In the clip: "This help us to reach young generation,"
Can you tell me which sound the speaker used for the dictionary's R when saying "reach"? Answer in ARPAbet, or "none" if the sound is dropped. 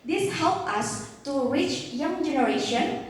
W